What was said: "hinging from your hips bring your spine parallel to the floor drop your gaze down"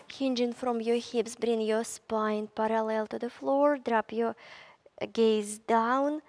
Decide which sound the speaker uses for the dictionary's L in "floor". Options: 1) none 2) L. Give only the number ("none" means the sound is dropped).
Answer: 2